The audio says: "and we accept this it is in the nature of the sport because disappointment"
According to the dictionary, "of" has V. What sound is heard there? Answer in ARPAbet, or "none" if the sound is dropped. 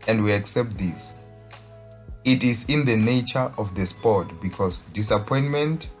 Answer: F